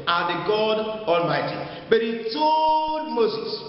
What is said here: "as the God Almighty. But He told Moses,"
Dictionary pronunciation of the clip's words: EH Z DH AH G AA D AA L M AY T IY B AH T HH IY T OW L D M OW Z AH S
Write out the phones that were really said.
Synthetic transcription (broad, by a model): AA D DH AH G AA D AA L M AY T IY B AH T HH IY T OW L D M OW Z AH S